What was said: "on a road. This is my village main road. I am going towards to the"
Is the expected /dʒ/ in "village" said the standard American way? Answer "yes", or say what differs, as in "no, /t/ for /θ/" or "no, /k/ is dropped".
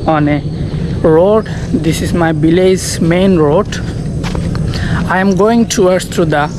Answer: no, /z/ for /dʒ/